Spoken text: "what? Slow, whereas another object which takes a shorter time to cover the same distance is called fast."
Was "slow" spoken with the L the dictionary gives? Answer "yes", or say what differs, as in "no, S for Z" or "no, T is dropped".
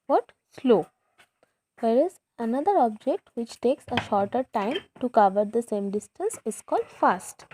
yes